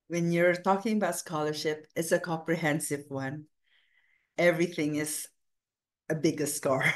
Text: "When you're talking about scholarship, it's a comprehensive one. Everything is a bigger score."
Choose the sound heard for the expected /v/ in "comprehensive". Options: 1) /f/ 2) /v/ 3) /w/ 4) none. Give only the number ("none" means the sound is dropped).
2